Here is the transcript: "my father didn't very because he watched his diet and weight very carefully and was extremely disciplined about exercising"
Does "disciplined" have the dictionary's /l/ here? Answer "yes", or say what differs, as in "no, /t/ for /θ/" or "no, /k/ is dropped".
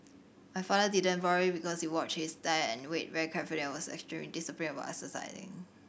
no, /l/ is dropped